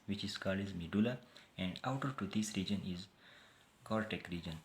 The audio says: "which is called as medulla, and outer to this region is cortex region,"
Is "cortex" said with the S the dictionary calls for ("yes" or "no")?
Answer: no